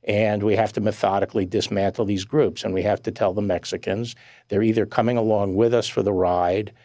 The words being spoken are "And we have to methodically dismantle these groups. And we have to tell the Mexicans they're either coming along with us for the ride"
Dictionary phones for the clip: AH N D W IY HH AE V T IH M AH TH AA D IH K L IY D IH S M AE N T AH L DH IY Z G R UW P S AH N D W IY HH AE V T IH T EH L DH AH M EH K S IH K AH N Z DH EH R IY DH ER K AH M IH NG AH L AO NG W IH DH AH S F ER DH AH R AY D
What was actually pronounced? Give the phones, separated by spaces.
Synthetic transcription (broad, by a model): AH N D W IY HH AE F T IH M AH TH AA D IH K L IY D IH S M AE N T L DH IY Z G R UW P S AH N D W IY HH AE F T IH T EH L DH AH M EH K S IH K AH N Z DH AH R IY DH ER K AH M IH NG AH L AO NG W IH DH AH S F ER DH AH R AY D